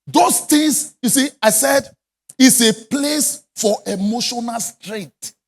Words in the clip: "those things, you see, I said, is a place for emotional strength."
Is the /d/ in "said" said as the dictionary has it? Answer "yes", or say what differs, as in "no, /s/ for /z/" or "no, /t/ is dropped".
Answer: yes